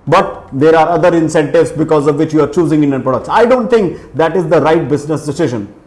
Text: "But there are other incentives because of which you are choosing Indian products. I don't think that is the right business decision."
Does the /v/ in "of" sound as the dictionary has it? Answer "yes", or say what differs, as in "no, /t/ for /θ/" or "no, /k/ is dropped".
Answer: yes